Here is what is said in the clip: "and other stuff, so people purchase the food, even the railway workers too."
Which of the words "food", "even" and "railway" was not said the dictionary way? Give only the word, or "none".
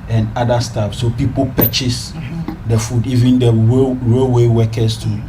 none